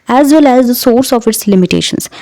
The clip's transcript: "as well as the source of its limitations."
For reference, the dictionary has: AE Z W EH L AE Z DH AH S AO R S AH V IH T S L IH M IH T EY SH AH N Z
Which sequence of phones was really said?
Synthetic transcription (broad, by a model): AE Z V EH L AE Z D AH S AO R S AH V IH T S L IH M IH T EY SH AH N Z